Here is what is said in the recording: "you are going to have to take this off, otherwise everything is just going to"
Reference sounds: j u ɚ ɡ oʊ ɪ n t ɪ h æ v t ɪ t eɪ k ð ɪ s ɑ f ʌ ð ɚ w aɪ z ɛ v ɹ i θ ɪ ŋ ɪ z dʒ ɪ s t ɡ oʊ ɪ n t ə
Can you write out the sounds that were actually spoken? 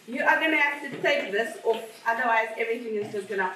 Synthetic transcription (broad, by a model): j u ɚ ɡ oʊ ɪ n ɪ h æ f t ɪ t eɪ k ð ɪ s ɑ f ʌ ð ɚ w aɪ z ɛ v ɹ i θ ɪ ŋ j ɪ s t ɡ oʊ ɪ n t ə